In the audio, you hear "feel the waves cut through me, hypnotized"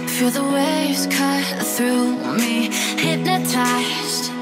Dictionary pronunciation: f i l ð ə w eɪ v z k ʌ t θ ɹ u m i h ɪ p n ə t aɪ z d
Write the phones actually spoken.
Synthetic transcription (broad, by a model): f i ð ə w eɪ z k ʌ θ ɹ u m i h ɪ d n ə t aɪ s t